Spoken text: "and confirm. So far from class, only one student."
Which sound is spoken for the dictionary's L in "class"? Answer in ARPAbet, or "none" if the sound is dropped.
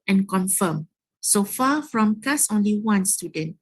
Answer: none